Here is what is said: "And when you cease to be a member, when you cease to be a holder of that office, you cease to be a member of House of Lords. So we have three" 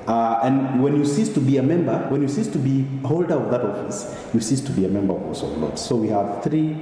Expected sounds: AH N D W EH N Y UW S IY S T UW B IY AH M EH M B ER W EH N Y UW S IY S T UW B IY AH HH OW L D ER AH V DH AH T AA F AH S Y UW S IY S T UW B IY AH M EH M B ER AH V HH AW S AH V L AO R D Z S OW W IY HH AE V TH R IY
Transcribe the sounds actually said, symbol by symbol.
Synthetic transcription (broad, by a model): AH N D W EH N Y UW S IY S T UW B IY AH M EH M B ER W EH N Y UW S IY S T UW B IY HH OW L D ER AH V DH AH T AA F AH S Y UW S IY S T UW B IY AH M EH M B ER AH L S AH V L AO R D S OW W IY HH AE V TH R IY